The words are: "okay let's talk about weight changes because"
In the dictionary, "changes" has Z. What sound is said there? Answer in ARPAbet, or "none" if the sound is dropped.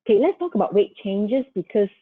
S